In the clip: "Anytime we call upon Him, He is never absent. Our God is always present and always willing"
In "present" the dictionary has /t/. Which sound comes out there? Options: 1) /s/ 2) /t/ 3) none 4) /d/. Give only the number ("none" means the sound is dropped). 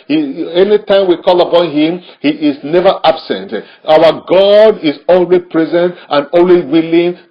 2